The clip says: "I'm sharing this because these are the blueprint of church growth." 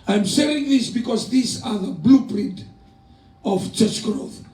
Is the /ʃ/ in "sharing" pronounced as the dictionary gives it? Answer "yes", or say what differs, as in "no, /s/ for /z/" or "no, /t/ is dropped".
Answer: no, /s/ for /ʃ/